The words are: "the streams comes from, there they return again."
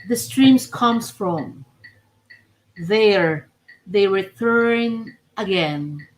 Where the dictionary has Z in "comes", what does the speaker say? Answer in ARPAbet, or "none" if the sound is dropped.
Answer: S